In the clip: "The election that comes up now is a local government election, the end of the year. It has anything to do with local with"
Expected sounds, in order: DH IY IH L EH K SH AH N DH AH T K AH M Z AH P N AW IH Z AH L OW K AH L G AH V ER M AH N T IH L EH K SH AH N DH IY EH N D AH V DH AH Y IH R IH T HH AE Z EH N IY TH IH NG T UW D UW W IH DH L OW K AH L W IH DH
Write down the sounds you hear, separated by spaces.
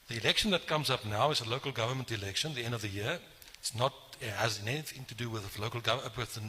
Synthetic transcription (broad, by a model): DH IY IH L EH K SH AH N DH AH T K AH M Z AH P N AW IH Z AH L OW K AH L G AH V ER M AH N T IH L EH K SH AH N DH IY EH N D AH V DH AH Y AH R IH T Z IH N EH N IY TH IH NG T UW D UW W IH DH L OW K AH L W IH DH